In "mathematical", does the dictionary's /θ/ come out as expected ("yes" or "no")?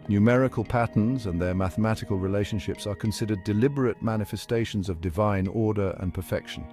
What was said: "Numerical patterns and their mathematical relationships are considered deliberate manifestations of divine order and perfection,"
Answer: yes